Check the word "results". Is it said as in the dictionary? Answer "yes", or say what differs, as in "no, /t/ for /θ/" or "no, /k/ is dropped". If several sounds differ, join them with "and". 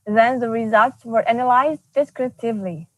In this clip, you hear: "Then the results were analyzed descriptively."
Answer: yes